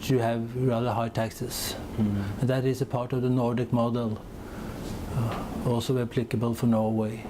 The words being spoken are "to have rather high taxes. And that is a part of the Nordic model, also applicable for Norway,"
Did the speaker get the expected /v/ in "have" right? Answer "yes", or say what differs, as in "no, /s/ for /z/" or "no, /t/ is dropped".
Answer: yes